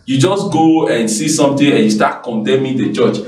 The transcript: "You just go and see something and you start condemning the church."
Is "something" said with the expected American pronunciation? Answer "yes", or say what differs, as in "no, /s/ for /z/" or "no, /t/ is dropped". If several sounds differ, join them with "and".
no, /t/ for /θ/